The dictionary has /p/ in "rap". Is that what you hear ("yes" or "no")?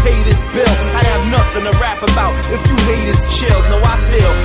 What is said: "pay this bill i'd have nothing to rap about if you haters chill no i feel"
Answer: yes